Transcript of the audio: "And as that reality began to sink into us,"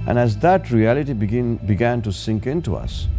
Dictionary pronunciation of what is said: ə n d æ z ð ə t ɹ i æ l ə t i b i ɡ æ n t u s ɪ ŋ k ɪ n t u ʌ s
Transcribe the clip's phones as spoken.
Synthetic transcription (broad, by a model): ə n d æ z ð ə t ɹ i æ l ə t i b i ɡ æ n t u s ɪ ŋ k ɪ n t u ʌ s